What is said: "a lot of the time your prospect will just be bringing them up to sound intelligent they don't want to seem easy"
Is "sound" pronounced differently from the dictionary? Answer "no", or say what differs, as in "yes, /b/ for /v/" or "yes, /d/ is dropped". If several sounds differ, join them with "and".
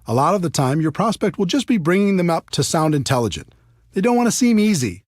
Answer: no